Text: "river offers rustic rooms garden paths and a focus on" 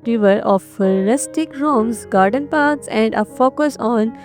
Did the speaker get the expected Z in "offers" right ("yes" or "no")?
no